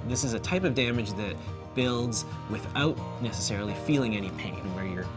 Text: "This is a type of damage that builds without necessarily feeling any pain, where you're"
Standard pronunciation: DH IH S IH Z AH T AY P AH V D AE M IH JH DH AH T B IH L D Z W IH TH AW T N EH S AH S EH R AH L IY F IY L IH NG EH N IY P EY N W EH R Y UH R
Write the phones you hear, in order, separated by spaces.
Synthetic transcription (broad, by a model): DH IH S IH Z AH T AY P AH V D AE M IH JH DH AH T B IH L D Z W IH TH AW T N EH S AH S EH R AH L IY F IY L IH NG EH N IY P EY N W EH R Y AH R